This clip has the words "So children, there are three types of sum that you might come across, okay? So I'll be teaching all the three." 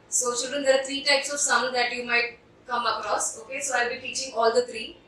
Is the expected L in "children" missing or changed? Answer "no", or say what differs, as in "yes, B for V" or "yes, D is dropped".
yes, L is dropped